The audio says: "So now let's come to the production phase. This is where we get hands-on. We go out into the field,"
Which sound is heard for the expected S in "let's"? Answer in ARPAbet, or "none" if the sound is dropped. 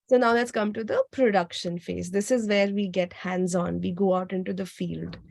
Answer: S